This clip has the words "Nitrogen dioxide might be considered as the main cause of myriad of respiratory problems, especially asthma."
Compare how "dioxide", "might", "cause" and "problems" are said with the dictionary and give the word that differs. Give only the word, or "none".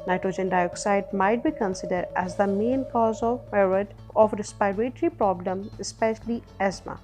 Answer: problems